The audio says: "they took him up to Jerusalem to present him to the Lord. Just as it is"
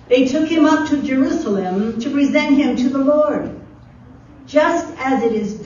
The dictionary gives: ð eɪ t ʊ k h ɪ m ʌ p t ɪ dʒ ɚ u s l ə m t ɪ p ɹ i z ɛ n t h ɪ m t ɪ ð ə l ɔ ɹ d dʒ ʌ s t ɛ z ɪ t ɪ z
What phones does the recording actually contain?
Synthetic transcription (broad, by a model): ð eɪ t ʊ k h ɪ m ʌ p t ɪ dʒ ɚ u s l ə m t ɪ p ɹ i z ɛ n t h ɪ m t ɪ ð ə l ɔ ɹ d dʒ ʌ s t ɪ z ɪ t ɪ z